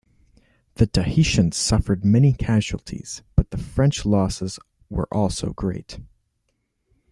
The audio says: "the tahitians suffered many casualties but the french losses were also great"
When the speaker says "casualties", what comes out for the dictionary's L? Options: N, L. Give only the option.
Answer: L